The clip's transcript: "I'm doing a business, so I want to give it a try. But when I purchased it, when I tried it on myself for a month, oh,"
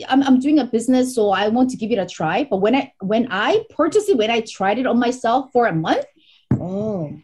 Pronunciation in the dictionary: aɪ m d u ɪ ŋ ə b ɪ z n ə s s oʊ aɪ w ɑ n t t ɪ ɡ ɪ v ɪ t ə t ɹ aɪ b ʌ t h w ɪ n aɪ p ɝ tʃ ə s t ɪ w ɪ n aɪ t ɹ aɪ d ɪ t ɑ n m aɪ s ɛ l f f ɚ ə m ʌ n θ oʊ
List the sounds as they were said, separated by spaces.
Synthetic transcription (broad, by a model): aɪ m d u ɪ ŋ ə b ɪ z n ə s s oʊ aɪ w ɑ n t t ɪ ɡ ɪ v ɪ t ə t ɹ aɪ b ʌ t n w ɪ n aɪ p ɝ tʃ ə s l ɪ w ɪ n aɪ t ɹ aɪ d ɪ t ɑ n m aɪ s ɛ l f f ɚ ə m ʌ n θ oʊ